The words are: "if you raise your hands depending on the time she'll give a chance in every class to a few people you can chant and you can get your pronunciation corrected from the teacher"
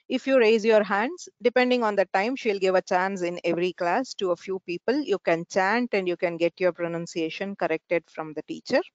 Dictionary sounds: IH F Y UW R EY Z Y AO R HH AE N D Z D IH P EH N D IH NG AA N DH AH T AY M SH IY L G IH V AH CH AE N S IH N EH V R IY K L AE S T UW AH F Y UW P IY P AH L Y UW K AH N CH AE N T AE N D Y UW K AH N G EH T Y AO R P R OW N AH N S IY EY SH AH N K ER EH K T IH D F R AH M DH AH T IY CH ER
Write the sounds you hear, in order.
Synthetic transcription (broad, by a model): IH F Y UW R EY Z Y AO R HH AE N D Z D IH P EH N D IH NG AA N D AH T AY M SH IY L G IH V AH CH AE N S IH N EH V R IY K L AE S T UW AH F Y UW P IY P AH L Y UW K AH N CH AE N T AE N D Y UW K AH N G EH T Y AO R P R OW N AH N S IY EY SH AH N K ER EH K T IH D F R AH M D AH T IY CH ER